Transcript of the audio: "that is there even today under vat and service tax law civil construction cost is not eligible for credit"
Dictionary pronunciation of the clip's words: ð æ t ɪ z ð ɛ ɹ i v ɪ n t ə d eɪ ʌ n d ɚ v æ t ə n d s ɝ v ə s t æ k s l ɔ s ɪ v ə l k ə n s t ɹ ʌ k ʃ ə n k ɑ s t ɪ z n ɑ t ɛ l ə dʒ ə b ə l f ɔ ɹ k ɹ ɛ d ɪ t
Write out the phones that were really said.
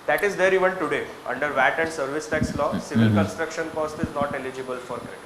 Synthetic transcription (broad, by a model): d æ t ɪ z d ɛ ɹ i v ɪ n t ə d eɪ ʌ n d ɚ v æ t ə n d s ɝ v ə s t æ k s l ɔ s ɪ v ə l k ə n s t ɹ ʌ k ʃ ə n k ɑ s t ɪ z n ɑ t ɛ l ə dʒ ə b ə l f ɔ ɹ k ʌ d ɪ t